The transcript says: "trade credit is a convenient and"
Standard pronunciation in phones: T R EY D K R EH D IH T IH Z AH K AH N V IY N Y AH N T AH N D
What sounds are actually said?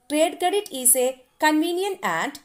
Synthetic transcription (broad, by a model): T R EY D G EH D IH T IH S AH K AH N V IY N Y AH N AH N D